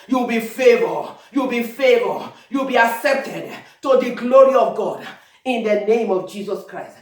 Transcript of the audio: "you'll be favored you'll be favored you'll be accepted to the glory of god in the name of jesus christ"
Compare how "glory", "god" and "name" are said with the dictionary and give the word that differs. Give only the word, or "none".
none